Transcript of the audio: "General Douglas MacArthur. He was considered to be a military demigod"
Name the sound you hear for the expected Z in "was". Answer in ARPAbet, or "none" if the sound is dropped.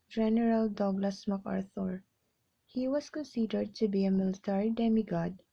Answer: S